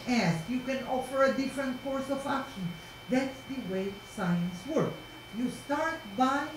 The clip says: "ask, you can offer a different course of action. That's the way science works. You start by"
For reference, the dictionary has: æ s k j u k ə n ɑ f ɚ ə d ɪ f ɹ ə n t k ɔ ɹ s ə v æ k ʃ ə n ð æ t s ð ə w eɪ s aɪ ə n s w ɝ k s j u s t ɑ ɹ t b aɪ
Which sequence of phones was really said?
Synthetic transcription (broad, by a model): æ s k j u k ə n ɑ f ɚ ə d ɪ f ɹ ə n t k ɔ ɹ s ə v æ k ʃ ə n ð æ t s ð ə w eɪ s aɪ ə n s w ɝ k j u s t ɑ ɹ t b aɪ